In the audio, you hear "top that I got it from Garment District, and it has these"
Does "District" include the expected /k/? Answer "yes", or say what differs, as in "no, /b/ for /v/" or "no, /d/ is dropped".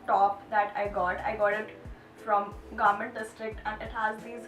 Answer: yes